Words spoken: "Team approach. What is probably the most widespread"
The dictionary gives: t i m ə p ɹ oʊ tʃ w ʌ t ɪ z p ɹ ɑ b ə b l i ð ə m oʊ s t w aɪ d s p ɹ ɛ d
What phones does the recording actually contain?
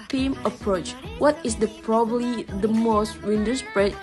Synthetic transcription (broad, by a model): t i m ə p ɹ oʊ tʃ w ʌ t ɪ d p ɹ ɑ b ə b l i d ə m oʊ s t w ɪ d s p ɹ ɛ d